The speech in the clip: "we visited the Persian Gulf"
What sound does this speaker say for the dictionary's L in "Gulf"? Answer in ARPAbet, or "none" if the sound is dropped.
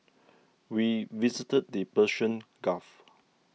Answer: none